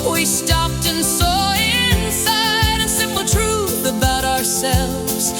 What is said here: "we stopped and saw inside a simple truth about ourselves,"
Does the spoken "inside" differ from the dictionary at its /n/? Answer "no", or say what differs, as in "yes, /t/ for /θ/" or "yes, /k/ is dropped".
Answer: no